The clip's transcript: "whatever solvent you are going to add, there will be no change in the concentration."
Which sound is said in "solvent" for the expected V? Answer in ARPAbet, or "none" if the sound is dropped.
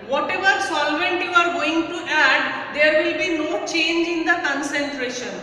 V